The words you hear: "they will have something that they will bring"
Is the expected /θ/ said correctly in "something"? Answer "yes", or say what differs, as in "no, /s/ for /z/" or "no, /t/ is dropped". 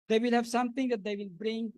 no, /t/ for /θ/